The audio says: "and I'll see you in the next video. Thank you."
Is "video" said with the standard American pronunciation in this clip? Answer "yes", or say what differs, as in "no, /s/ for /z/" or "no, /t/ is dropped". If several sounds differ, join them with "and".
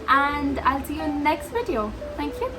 yes